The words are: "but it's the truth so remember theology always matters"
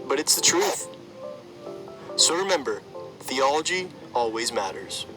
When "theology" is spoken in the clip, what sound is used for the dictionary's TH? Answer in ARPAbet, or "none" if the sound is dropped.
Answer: TH